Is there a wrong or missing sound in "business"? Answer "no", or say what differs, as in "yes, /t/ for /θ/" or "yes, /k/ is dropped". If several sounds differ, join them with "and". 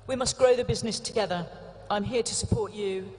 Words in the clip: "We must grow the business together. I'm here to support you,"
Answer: no